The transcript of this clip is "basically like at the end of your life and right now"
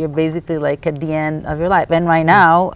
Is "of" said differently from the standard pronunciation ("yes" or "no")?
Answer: no